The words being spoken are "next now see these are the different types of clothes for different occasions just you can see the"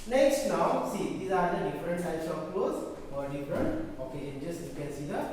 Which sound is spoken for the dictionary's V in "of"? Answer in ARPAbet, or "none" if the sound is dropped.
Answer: P